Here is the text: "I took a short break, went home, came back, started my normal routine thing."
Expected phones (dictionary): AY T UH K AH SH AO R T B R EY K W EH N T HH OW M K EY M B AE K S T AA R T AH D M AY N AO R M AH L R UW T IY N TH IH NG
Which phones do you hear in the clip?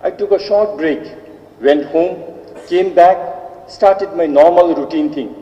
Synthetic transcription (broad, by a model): AY T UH K AH SH AO R T B R EY K W EH N T HH OW M K EY M B AE K S T AA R T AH D M AY N AO R M AH L R UW T IY N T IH NG